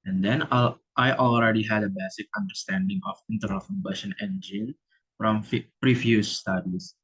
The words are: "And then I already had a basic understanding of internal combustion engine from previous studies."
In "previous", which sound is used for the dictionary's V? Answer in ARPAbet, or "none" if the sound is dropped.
F